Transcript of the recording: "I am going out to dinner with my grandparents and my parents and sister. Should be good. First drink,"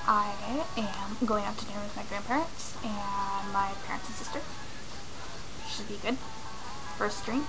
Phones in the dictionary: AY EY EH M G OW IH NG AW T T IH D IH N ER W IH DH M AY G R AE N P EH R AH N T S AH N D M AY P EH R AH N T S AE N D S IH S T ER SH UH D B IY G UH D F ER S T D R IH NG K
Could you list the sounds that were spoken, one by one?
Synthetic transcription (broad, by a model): AY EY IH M G OW IH NG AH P T IH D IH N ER W IH DH M AY G R AE N P EH R AH N T S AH N M AY P EH R AH N T S N S IH S T ER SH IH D B IY G UH D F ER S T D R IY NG